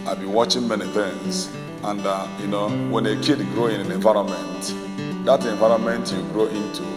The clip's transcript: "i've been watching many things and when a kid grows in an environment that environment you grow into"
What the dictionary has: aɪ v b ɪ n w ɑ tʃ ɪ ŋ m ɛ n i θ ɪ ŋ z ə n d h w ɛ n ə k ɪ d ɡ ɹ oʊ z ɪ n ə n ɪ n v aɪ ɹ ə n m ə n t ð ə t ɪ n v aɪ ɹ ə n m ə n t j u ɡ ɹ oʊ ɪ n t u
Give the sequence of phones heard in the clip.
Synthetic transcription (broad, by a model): aɪ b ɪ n w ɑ tʃ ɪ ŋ m ɛ n i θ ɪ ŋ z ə n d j w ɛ n ə k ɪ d ɡ ɹ oʊ ɪ n ə n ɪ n v aɪ ɹ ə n m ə n t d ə t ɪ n v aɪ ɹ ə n m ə n t j u ɡ ɹ oʊ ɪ n t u